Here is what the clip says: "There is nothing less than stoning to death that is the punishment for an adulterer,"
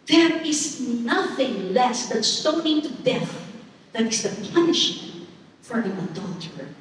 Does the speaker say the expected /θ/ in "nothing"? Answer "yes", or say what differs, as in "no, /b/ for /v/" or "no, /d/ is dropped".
yes